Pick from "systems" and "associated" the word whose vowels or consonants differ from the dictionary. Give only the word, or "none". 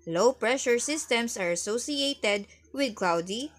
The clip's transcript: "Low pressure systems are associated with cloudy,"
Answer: systems